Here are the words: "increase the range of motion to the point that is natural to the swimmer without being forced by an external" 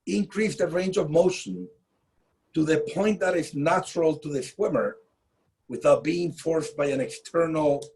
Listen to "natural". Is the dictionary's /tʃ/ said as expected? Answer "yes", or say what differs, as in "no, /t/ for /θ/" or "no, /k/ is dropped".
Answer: yes